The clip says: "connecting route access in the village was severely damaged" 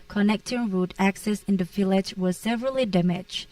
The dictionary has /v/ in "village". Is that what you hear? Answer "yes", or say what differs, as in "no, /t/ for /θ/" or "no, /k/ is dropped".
no, /f/ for /v/